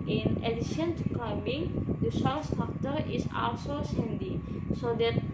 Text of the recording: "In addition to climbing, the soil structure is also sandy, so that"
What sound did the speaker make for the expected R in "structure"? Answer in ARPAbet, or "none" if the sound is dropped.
none